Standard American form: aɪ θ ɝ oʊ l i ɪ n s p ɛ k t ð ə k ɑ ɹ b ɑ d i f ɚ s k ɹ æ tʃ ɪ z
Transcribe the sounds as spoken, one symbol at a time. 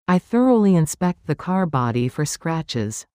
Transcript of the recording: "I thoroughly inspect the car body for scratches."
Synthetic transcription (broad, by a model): aɪ θ ɝ oʊ l i ɪ n s p ɛ k t ð ə k ɑ ɹ b ɑ d i f ɚ s k ɹ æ tʃ ɪ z